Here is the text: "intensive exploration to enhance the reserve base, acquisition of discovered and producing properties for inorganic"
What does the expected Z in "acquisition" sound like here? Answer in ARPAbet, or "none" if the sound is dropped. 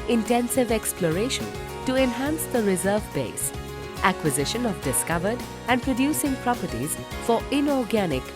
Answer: Z